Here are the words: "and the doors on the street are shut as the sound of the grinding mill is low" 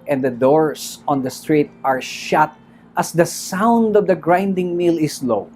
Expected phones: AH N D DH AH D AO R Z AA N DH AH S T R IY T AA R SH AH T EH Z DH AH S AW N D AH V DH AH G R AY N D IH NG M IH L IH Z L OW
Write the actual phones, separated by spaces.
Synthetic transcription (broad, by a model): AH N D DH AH D AO R S AA N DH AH S T R IY T AA R SH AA T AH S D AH S AW N D AH V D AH G R AY N D IH NG M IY L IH S L OW